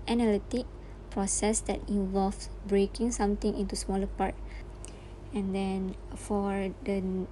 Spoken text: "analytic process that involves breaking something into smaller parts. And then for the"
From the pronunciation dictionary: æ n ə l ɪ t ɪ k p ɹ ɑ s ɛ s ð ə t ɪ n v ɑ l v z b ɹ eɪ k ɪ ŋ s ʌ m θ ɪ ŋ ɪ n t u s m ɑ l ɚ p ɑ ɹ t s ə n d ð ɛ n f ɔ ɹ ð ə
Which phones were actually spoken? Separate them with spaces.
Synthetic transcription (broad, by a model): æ n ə l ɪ t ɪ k p ɹ ɑ s ɛ s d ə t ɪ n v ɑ l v b ɹ eɪ k ɪ ŋ s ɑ m t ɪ ŋ ɪ n t u s m ɑ l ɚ p ɑ ɹ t ə n d ɛ n f ɔ ɹ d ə